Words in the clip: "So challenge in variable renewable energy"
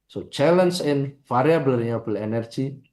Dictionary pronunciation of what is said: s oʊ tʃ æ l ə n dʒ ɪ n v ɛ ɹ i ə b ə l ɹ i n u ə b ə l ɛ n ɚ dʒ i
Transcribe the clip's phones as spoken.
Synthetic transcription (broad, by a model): s oʊ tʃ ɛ l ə n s ɪ n f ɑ ɹ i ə b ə l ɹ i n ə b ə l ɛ n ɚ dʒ i